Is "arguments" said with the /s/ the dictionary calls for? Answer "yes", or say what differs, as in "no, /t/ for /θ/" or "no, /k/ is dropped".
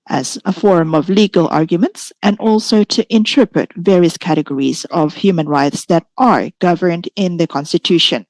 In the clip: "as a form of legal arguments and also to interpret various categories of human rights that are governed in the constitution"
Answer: yes